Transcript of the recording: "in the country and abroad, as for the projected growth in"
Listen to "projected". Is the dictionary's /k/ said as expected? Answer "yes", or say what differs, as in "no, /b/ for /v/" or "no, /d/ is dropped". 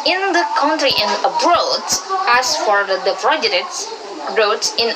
no, /k/ is dropped